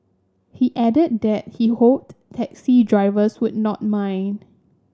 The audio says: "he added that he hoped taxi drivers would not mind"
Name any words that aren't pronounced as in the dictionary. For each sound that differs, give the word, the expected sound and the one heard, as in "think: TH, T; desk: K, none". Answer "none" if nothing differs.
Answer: drivers: Z, S; mind: D, none